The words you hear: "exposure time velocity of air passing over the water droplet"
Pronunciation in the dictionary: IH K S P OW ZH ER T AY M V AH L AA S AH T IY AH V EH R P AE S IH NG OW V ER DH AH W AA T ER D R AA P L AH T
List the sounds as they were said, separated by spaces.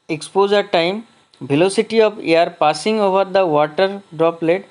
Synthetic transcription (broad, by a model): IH K S P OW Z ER T AY M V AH L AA S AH T IY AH P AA R P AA S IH NG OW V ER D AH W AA T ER D R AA P L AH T